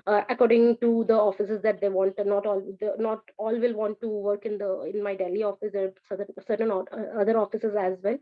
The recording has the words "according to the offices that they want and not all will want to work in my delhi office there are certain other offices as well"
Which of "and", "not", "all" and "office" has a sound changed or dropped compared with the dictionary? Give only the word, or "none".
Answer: and